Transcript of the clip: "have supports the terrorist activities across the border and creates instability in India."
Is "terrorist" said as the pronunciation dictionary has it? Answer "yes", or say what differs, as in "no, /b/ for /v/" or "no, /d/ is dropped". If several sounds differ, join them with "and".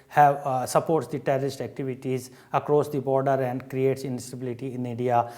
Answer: yes